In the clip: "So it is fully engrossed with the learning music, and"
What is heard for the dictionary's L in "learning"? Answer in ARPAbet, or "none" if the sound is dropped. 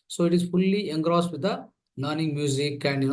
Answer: N